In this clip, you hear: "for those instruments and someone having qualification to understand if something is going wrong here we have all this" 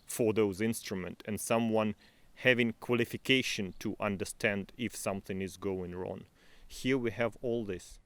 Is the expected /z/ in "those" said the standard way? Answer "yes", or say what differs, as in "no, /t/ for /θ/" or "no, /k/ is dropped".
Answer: yes